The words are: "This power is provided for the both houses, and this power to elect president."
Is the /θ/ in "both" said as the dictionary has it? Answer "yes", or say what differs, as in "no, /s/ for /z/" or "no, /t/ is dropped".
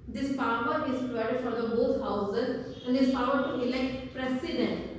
no, /t/ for /θ/